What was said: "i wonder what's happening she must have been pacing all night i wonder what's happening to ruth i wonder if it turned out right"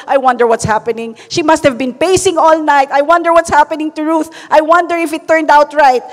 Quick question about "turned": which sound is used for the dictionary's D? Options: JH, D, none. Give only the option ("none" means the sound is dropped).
D